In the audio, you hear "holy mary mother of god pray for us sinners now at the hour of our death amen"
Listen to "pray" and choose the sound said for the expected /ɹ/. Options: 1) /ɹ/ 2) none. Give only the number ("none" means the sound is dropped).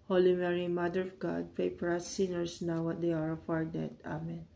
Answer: 2